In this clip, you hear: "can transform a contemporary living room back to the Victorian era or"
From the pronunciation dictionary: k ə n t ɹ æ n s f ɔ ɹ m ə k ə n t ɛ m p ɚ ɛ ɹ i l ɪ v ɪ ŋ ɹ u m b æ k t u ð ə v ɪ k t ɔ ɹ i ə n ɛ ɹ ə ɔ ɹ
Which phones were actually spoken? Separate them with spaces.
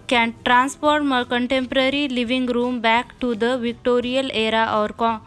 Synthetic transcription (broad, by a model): k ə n t ɹ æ n s p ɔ ɹ m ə k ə n t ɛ m p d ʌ ɹ i l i v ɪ ŋ ɹ u m b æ k t u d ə v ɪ k t ɔ ɹ i ə l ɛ ɹ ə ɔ ɹ